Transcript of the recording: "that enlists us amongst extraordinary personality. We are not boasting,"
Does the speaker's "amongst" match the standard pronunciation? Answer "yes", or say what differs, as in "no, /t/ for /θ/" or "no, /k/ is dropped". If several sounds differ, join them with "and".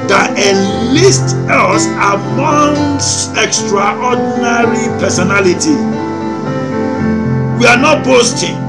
no, /t/ is dropped